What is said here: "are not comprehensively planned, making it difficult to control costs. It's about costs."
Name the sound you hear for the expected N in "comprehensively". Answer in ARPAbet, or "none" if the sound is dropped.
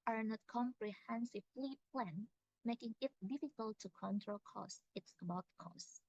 N